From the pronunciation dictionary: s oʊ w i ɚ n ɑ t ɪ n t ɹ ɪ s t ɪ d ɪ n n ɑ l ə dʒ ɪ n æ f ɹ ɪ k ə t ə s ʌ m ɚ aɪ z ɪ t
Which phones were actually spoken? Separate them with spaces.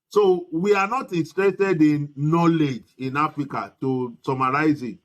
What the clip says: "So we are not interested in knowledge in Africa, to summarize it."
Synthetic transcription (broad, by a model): s oʊ w i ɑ n ɑ t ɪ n t ɹ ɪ t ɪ d ɪ n n ɑ l ə dʒ ɪ n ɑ f ɹ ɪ k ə t ə s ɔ m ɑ aɪ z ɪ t